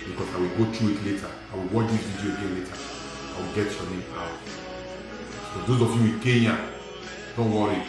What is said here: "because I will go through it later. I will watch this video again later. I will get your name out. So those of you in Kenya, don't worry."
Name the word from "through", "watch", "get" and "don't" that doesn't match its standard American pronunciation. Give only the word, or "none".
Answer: through